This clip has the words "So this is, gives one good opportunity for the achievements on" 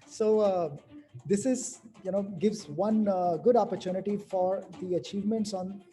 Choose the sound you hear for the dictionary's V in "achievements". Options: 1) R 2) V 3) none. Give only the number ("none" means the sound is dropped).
2